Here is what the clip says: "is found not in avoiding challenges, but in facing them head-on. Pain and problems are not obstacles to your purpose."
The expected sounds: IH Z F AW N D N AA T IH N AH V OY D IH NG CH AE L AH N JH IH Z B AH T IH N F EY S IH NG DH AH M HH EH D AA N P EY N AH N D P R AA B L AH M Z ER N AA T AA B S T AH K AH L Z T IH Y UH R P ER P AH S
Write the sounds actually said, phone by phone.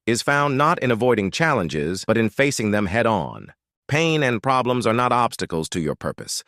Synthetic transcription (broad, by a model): IH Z F AW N N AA T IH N AH V OY D IH NG CH AE L AH N JH IH Z B AH T IH N F EY S IH NG DH AH M HH EH D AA N P EY N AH N P R AA B L AH M Z ER N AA T AA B S T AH K L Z T IH Y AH R P ER P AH S